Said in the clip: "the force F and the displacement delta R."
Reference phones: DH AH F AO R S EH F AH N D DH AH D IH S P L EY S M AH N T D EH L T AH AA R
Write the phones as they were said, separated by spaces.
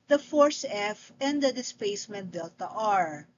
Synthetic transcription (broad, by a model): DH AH F AO R S EH F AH N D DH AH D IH S P EY S M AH N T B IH L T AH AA R